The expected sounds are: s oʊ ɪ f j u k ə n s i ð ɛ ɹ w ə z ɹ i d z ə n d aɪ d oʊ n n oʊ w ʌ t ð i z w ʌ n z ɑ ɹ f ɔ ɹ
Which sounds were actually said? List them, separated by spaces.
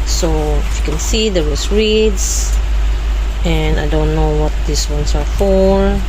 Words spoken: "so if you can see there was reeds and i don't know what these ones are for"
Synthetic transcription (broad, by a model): s oʊ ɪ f j u k ə n s i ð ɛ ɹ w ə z ɹ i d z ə n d aɪ d oʊ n n oʊ w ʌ t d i s w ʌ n s ɑ ɹ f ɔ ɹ